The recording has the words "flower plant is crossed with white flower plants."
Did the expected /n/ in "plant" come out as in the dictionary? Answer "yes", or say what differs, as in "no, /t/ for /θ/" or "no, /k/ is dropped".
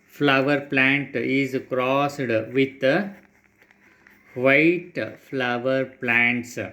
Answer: yes